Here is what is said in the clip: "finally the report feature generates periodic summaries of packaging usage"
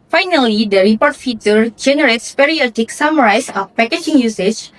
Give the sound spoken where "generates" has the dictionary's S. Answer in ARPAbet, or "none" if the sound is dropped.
S